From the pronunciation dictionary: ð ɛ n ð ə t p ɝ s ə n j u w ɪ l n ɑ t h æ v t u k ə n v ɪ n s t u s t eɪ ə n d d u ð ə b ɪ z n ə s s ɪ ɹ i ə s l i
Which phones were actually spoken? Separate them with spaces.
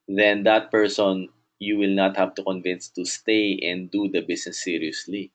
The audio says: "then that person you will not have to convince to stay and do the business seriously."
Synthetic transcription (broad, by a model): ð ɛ n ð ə t p ɝ s ə n j u w ɪ l n ɑ t h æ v t u k ə n v ɪ n s t u s t eɪ ə n d d u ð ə b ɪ s n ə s s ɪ ɹ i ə s l i